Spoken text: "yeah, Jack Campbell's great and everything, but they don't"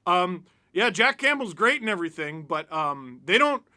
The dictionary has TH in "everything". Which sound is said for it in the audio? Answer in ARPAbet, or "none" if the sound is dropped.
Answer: TH